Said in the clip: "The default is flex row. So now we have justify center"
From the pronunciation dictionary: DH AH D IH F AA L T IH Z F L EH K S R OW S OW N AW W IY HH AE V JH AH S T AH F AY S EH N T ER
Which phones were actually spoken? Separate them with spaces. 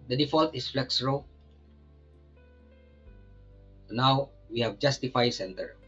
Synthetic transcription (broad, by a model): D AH D IH F AA L T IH S F L EH K S R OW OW N AW W IY HH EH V JH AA S T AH F AY S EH N T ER